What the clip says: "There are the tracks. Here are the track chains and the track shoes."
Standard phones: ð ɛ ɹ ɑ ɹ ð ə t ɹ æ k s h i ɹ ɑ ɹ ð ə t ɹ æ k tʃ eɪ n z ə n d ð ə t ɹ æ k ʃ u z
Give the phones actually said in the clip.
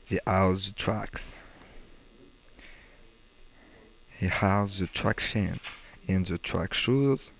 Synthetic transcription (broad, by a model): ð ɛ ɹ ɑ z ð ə t ɹ æ k s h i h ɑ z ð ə t ɹ æ k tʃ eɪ n s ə n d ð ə t ɹ æ k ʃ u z